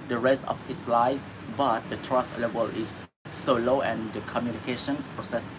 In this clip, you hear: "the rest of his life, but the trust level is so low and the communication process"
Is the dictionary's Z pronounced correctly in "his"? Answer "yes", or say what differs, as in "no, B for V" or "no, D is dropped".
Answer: no, S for Z